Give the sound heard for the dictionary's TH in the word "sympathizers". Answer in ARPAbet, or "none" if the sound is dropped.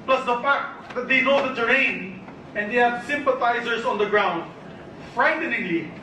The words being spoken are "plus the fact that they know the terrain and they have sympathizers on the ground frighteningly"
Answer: T